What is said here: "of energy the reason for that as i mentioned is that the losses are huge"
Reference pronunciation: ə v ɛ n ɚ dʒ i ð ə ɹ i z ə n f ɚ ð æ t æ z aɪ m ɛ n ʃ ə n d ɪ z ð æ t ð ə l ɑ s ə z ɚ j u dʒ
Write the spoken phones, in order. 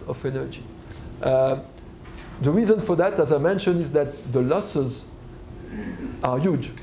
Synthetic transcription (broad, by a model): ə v ɛ n ɚ dʒ i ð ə ɹ i z ə n f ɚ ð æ t æ z aɪ m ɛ n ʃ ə n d ɪ z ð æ t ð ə l ɑ s ə z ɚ j u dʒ